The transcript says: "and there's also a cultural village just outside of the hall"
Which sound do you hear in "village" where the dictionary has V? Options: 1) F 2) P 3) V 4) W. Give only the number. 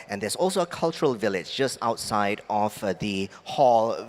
3